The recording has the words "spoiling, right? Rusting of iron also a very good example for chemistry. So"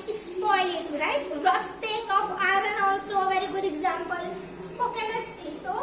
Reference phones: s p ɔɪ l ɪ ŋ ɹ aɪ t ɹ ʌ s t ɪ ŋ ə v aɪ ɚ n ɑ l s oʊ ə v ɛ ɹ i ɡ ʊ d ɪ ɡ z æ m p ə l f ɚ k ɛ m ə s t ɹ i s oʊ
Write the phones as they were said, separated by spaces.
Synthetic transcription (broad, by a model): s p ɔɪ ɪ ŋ ɹ aɪ t ɹ ʌ s t ɪ ŋ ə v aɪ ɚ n ɑ l s oʊ ə v ɛ ɹ i ɡ ʊ d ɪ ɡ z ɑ m p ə l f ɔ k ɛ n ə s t i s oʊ